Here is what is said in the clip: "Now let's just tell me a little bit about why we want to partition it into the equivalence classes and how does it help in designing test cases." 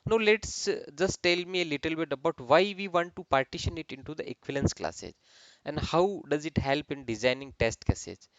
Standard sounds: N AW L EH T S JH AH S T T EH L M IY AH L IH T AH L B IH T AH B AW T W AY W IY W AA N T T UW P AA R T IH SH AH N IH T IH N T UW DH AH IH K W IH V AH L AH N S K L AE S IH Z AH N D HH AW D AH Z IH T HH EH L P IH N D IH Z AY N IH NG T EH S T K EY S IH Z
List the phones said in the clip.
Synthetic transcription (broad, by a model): N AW L EH T S JH AH S T T EH L M IY AH L IH T AH L B IH T AH B AW T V AY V IY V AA N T T UW P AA R T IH SH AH N IH T IH N T UW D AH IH K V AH L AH N S K L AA S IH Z AH N D HH AW D AH Z IH T HH EH L P IH N D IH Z AY N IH NG T EH S T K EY S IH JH